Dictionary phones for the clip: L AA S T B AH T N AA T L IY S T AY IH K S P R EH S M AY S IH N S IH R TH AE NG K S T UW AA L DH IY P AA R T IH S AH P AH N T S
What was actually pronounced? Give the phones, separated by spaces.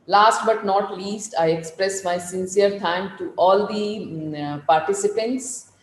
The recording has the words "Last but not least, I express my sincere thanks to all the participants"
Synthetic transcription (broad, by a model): L AA S T B AH T N AA T L IY S T AY IH K S P R EH S M AY S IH N S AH R T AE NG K T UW AA L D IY P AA R T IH S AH P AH N T S